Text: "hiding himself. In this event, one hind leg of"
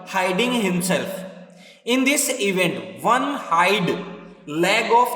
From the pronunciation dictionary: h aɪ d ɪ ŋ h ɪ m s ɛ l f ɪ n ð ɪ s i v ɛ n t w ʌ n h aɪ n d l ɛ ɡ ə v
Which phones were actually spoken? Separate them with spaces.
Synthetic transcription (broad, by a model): h aɪ d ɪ ŋ h ɪ m s ɛ l f ɪ n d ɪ s i v ɛ n t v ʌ n h aɪ d l ɛ ɡ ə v